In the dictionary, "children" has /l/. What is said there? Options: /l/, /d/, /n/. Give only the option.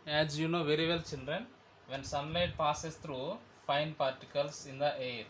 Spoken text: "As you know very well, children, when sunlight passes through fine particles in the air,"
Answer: /n/